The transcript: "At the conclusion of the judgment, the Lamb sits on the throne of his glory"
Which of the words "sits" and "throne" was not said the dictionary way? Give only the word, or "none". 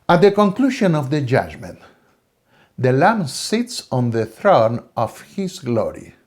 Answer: none